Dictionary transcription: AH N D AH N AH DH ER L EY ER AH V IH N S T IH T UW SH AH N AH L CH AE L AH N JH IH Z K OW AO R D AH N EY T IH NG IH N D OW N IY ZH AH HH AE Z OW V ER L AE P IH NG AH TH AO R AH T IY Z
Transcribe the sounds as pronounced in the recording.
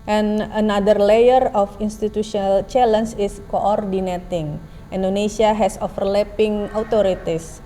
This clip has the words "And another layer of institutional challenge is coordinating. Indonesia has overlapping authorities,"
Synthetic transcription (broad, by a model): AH N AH N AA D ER L EY ER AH F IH N S T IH T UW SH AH N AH L CH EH L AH N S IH S K OW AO R D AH N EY T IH NG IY N D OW N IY S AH HH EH S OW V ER L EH P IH NG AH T AO R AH T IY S